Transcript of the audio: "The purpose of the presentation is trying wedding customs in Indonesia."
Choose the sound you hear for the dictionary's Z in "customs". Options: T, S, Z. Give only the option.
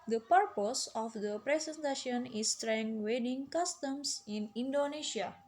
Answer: S